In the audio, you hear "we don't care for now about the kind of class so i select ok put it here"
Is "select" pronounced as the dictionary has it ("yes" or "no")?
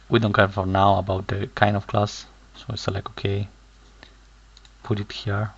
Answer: no